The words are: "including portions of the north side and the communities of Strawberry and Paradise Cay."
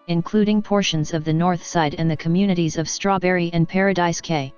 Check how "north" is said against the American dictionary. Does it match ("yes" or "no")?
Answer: yes